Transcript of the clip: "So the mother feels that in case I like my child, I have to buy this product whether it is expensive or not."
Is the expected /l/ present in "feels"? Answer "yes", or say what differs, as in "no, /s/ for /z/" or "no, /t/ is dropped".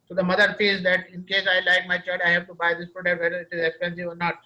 no, /l/ is dropped